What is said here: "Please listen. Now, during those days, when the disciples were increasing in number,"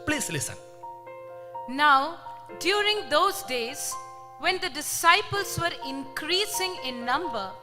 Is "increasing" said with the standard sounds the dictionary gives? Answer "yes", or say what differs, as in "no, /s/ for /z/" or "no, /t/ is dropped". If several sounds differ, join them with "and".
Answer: yes